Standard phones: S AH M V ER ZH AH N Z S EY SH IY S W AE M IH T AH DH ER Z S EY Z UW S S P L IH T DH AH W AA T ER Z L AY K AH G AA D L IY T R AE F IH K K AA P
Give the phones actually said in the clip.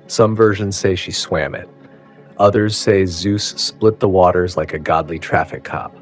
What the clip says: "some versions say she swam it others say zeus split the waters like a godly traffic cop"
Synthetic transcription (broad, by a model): S AH M V ER ZH AH N Z S EY SH IY S W AE M IH T AH DH ER Z S EY Z UW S S P L IH T DH AH W AA T ER Z L AY K AH G AA D L IY T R AE F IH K K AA P